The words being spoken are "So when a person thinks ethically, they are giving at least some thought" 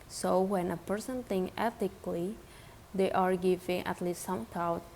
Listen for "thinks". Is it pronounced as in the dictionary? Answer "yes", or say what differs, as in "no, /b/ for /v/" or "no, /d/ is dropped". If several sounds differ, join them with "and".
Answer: no, /s/ is dropped